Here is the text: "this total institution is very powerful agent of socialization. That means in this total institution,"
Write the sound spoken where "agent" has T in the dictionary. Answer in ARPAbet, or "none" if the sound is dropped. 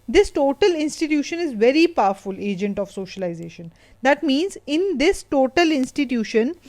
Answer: T